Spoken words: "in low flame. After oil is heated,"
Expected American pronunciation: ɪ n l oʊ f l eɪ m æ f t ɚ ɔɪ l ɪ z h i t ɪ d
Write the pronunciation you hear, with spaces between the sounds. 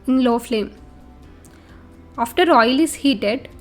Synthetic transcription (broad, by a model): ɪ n l oʊ f l eɪ m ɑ f t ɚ ɔɪ l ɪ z h i t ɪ d